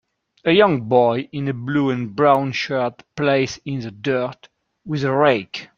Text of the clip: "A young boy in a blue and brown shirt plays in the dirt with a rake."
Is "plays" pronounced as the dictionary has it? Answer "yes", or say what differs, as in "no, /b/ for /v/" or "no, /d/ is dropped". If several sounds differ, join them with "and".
no, /s/ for /z/